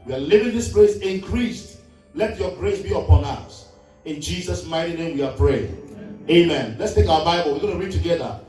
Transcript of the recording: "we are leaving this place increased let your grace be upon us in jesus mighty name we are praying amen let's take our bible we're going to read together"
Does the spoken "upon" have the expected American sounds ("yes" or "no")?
yes